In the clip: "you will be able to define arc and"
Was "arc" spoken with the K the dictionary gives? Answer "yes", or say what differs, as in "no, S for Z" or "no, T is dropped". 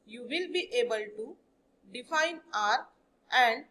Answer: no, K is dropped